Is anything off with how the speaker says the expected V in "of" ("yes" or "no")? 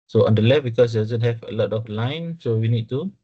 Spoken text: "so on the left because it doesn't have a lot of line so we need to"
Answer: yes